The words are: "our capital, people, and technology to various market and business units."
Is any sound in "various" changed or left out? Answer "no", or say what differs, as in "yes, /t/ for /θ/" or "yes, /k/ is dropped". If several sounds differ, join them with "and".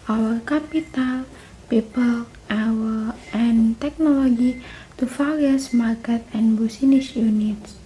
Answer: yes, /f/ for /v/